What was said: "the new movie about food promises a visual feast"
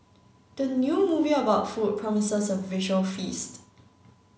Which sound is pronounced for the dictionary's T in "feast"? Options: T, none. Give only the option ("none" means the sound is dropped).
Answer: T